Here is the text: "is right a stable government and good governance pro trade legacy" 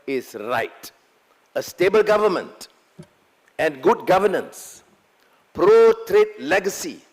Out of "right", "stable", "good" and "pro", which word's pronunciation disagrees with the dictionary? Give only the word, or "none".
none